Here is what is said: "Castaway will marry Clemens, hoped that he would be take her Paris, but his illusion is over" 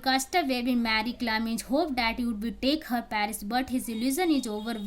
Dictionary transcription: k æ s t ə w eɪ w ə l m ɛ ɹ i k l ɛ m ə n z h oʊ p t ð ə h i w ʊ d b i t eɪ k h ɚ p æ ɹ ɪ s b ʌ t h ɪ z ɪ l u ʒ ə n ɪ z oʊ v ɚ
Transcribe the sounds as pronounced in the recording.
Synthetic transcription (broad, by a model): k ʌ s t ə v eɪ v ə m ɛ ɹ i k l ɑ m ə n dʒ h oʊ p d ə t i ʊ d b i t eɪ k h ɚ p æ ɹ ɪ s b ʌ t h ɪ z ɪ l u z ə n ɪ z oʊ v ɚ